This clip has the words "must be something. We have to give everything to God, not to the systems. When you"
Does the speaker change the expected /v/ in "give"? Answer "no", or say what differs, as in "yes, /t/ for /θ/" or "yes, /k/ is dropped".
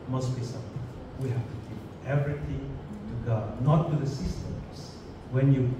yes, /p/ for /v/